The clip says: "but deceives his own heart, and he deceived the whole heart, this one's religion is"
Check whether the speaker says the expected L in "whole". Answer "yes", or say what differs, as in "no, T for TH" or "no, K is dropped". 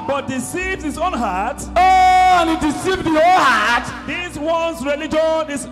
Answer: no, N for L